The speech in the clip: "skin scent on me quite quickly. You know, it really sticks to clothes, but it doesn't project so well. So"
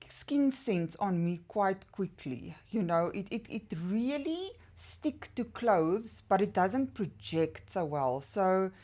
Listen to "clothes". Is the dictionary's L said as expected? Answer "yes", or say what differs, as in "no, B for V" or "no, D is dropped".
yes